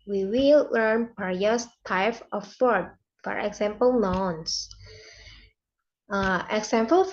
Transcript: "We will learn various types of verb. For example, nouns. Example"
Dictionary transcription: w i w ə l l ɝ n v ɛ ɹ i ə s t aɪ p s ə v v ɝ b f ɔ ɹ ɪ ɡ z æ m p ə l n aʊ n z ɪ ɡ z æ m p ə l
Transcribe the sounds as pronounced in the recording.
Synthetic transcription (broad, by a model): w i w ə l l ɝ n p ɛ ɹ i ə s t aɪ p ə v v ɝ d f ɔ ɹ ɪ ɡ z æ m p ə l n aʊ n s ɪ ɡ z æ m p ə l